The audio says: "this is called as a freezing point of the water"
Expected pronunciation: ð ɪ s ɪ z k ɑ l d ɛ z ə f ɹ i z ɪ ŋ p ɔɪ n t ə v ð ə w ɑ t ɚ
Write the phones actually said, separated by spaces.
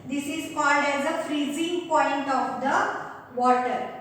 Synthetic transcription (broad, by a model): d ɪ s ɪ z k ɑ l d ɛ z ə f ɹ i z ɪ ŋ p ɔɪ n t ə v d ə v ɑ t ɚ